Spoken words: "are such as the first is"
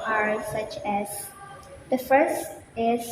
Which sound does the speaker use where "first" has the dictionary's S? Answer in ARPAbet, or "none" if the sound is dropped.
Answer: S